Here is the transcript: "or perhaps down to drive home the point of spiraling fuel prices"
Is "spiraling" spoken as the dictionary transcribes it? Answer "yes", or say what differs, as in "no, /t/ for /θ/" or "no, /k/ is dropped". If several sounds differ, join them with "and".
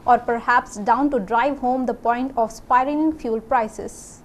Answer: no, /l/ is dropped